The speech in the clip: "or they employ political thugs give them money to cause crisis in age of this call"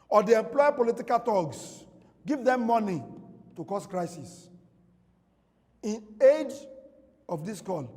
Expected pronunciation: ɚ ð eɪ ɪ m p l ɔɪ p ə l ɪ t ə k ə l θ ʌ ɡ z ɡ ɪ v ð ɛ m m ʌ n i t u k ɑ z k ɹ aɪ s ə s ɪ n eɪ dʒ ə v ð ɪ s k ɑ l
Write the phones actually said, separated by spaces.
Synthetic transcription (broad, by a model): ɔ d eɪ ɪ m p l ɔɪ p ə l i t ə k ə l t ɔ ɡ s ɡ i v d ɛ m m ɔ n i t u k ɑ s k ɹ aɪ s ə s ɪ n eɪ dʒ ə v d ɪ s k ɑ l